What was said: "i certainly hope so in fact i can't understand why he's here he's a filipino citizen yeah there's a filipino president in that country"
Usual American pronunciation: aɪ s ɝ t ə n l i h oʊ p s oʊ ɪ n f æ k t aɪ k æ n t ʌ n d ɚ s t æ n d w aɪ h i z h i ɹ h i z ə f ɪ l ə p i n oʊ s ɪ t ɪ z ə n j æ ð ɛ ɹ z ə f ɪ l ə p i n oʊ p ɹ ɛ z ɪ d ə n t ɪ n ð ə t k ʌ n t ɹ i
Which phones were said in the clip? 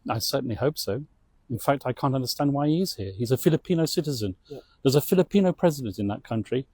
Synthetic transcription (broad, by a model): aɪ s ɝ t n l i h oʊ p s oʊ ɪ n f æ k t aɪ k æ n t ʌ n d ɚ s t æ n d w aɪ h i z h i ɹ h i z ə f ɪ l ə p i n oʊ s ɪ t ɪ z ə n ð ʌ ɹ z ə f ɪ l ə p i n oʊ p ɹ ɛ z ɪ d ə n t ɪ n ð ə t k ʌ n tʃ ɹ i